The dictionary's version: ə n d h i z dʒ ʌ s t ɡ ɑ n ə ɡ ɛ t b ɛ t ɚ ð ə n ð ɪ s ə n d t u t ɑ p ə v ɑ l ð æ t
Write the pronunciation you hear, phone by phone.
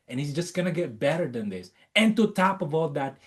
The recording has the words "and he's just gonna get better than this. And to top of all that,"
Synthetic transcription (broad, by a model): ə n h i z dʒ ʌ s t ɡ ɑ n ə ɡ ɛ t b ɛ t ɚ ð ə n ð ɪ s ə n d t u t ɑ p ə b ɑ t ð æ t